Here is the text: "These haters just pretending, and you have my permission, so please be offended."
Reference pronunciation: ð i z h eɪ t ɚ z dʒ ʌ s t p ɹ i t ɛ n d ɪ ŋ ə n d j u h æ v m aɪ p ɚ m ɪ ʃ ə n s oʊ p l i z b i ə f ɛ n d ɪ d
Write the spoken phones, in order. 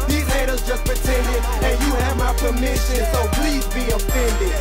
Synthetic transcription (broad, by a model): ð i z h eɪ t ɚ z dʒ ʌ s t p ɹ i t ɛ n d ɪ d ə n j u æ v m aɪ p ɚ m ɪ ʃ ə n s oʊ p l i z b i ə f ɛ n d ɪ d